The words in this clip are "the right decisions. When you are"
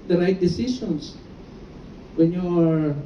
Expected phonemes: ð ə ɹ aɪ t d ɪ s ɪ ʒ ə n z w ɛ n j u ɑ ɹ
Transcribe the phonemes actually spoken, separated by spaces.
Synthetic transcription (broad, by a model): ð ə ɹ aɪ t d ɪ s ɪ s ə n s w ɛ n j u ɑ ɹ